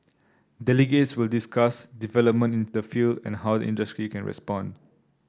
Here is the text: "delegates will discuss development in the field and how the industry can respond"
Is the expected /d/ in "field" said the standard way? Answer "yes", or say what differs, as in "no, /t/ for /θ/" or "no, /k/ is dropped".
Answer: yes